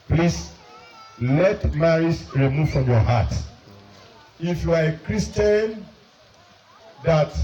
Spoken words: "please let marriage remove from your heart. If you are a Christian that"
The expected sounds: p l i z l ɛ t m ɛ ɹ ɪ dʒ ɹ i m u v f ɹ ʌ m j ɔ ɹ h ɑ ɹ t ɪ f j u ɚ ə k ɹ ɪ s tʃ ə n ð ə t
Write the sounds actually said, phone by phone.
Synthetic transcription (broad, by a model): p l i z l ɛ t m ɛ ɹ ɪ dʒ ɹ i m u v f ɹ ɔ m j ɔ h ɑ t ɪ f j u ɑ ə k ɹ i s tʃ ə n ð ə t